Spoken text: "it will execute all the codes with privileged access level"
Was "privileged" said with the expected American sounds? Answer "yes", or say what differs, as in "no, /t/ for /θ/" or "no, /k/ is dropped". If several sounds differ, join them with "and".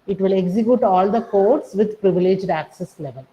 yes